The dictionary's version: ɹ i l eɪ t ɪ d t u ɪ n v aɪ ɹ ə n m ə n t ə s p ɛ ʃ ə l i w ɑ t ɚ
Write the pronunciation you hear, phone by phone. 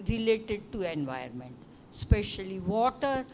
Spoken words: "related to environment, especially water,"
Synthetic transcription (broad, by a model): ɹ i l eɪ t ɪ d t u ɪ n v aɪ ə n m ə n t s p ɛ ʃ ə l i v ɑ t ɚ